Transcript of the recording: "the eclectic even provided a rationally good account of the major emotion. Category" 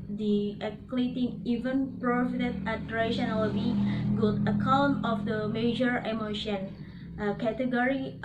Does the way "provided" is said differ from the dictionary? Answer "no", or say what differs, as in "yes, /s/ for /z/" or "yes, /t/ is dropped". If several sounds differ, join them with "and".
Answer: yes, /f/ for /v/